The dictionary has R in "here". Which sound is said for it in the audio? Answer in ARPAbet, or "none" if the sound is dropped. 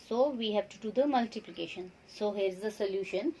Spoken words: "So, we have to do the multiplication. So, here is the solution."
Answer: R